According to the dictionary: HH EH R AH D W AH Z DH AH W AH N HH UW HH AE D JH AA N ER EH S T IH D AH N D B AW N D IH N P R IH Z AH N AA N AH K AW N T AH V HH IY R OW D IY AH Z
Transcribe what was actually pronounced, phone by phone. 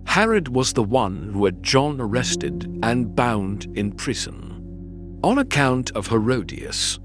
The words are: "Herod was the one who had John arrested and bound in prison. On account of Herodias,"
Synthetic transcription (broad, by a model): HH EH R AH D W AH Z DH AH W AH N HH UW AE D JH AA N ER EH S T IH D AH N B AW N D IH N P R IH Z AH N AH N AH K AW N T AH V HH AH R OW D IY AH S